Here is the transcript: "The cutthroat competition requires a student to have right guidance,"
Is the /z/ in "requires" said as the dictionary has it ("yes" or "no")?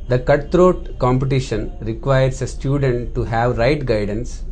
no